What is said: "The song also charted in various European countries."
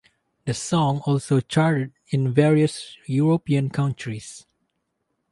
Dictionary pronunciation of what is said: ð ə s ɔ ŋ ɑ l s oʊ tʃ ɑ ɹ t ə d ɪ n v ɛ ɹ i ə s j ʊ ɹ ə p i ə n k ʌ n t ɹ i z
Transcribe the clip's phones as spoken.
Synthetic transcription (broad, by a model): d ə s ɔ ŋ ɑ l s oʊ tʃ ɑ ɹ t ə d ɪ n v ɛ ɹ i ə s j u ɹ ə p i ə n k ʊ n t ɹ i s